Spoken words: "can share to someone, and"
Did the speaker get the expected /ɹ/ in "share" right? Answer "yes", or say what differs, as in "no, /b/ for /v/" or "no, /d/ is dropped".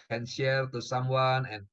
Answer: no, /l/ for /ɹ/